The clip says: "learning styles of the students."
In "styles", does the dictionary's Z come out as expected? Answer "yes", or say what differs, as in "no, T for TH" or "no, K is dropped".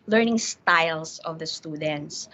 no, S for Z